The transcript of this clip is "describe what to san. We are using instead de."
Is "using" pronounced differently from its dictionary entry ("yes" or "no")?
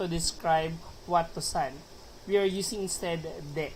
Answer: yes